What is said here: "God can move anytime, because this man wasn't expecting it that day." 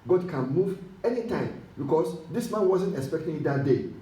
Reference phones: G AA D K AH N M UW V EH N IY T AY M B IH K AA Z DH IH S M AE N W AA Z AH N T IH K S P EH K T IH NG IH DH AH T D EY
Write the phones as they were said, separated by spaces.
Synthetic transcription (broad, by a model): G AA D K AH N M UW V EH N IY T AY M B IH K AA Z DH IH S M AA N W AA Z AH N T IH K S P EH K T IH NG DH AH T D EY